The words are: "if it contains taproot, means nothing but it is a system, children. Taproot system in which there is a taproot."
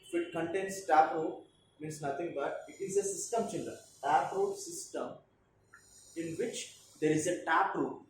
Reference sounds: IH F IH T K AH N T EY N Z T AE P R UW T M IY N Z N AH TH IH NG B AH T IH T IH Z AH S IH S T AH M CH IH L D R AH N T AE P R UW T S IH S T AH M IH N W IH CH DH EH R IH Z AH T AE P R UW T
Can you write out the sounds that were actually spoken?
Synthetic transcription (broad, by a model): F IH T K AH N T EY N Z T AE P R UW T M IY N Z N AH T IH NG B AH T IH T IH Z AH S IH S T AH M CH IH N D R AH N T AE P R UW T S IH S T AH M IH N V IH CH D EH R IH Z AH T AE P R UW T